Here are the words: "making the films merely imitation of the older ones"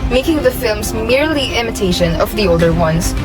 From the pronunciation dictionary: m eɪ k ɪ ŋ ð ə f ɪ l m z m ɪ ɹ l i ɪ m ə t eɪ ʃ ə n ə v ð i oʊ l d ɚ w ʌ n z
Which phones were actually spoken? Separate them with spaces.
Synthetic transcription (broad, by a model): m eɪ k ɪ ŋ ð ə f ɪ l m z m ɪ ɹ l i ɪ m ə t eɪ ʃ ə n ə v ð i oʊ l d ɚ w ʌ n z